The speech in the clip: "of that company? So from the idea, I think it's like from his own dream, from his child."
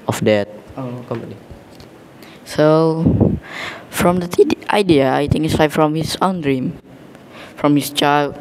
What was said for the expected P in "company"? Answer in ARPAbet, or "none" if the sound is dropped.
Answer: none